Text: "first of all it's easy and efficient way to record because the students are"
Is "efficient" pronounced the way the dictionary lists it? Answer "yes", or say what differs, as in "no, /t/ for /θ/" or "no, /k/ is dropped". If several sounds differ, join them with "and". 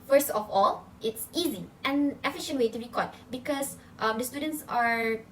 yes